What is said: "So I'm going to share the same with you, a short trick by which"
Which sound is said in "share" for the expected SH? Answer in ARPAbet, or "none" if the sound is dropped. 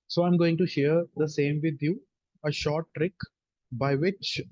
SH